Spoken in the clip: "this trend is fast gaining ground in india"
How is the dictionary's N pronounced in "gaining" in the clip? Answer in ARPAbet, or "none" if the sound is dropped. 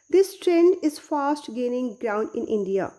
N